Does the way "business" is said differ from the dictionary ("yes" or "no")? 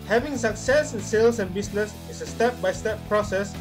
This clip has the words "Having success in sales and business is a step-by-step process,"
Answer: yes